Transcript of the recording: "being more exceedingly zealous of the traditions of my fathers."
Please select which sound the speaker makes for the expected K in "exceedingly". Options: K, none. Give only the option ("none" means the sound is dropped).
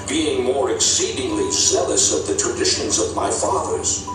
K